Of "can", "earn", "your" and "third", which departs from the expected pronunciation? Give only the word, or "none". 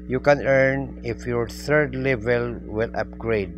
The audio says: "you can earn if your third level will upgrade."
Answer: third